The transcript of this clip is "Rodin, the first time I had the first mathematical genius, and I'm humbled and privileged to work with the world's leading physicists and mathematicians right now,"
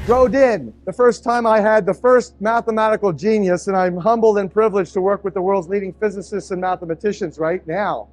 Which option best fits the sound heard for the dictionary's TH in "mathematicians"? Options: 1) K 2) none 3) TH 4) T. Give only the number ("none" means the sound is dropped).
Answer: 3